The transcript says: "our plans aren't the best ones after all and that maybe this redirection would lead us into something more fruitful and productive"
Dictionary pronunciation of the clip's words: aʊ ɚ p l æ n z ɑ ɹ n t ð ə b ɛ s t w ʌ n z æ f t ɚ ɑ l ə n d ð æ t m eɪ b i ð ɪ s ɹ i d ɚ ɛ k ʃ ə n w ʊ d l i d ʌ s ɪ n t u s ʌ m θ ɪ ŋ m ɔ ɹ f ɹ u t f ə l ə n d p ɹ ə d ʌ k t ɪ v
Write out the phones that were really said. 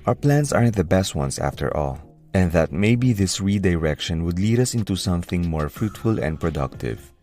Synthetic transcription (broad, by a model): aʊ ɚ p l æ n s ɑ ɹ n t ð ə b ɛ s t w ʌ n s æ f t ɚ ɑ l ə n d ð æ t m eɪ b i ð ɪ s ɹ i d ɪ ɛ k ʃ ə n w ʊ d l i d ʌ s ɪ n t u s ʌ m θ ɪ ŋ m ɔ ɹ f ɹ u t f ə l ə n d p ɹ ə d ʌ k t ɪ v